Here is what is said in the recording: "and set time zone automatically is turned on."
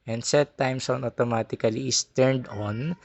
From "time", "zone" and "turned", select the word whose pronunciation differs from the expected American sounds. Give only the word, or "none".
zone